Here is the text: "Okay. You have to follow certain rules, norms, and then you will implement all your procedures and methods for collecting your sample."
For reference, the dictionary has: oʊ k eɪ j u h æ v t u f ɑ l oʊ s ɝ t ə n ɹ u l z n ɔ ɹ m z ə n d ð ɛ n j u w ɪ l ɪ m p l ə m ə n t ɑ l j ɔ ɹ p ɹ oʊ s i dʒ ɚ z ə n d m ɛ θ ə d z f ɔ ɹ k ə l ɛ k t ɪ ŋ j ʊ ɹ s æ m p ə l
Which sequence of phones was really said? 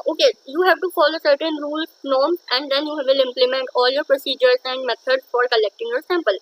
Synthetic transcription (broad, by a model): oʊ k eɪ j u h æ v t u f ɑ l oʊ s ɝ t ə n ɹ u l n ɔ ɹ m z ə n d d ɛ n j u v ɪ l ɪ m p l ə m ə n t ɑ l j ɔ ɹ p ɹ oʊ s i dʒ ɚ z ə n d m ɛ t ə d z f ɔ ɹ k ə l ɛ k t ɪ ŋ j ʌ s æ m p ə l